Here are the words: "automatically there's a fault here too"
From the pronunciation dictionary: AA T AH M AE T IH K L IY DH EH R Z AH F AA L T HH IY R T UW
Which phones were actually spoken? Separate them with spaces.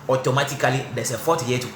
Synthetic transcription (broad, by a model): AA T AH M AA T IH K L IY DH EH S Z AH F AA T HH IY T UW